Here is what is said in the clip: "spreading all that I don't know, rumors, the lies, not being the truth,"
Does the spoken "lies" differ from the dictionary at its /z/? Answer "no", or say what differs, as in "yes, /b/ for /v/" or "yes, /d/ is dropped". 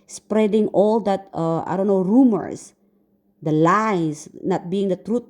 yes, /s/ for /z/